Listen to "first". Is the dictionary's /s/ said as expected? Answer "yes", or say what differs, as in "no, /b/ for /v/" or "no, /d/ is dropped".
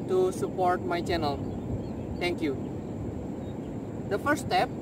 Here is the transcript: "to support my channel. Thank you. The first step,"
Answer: no, /s/ is dropped